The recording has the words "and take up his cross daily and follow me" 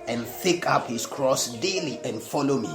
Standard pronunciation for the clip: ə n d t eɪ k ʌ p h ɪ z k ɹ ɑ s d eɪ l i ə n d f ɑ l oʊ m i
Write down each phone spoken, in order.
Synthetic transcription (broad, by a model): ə n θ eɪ k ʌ p h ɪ s k ɹ ɑ s d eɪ l i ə n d f ɑ l oʊ m i